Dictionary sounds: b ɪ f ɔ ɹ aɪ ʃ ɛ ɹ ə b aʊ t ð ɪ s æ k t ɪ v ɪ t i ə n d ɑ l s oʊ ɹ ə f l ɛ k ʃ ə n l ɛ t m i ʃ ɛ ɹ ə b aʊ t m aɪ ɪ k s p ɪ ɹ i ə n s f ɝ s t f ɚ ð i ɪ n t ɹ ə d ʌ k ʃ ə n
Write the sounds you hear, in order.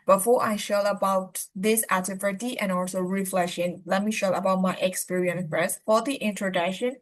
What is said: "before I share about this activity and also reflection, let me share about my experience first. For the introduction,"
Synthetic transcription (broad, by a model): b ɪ f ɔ ɹ aɪ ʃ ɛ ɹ ə b aʊ t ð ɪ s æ t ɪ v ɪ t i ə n ɑ l s oʊ ɹ ə f l ɛ k ʃ ə n l ɛ t m i ʃ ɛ ə b aʊ t m aɪ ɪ k s p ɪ ɹ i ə n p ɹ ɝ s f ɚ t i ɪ n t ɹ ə d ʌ k ʃ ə n